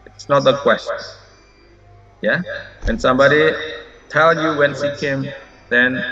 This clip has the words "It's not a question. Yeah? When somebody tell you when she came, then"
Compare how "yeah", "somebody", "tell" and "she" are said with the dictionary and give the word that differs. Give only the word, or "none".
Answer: she